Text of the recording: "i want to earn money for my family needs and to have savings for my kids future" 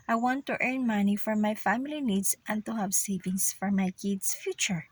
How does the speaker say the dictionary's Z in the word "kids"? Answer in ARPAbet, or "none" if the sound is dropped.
S